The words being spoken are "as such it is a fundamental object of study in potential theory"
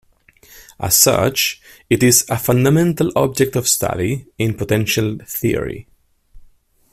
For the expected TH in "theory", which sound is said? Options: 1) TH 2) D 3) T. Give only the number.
1